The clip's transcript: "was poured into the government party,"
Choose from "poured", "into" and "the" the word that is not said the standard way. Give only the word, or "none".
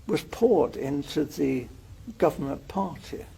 none